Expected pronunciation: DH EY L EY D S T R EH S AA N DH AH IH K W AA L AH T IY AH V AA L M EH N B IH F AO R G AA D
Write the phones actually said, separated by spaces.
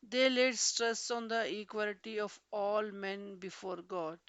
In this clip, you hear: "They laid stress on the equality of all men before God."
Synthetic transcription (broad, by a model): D EY L EY D S T R EH S AA N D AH IH K W AA L AH T IY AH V AA L M EH N B IH F AO R G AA D